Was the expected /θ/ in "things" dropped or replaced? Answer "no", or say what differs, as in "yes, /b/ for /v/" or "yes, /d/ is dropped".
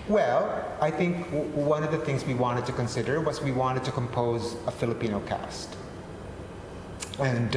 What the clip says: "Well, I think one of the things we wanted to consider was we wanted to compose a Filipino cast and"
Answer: no